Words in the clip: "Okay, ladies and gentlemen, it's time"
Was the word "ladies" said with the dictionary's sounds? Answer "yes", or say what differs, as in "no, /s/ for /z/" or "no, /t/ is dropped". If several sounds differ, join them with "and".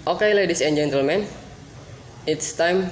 no, /s/ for /z/